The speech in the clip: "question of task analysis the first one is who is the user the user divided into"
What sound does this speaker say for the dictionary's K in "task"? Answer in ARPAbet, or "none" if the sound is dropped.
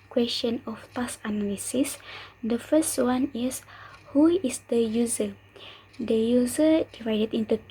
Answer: none